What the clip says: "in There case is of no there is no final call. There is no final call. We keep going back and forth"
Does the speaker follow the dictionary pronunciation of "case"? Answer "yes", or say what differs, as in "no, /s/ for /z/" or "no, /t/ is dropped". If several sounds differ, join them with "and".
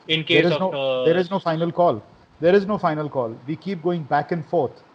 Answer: no, /s/ is dropped